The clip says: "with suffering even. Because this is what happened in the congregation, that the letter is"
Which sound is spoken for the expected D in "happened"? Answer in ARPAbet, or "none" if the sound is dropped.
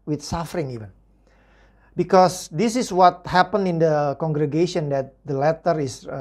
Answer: none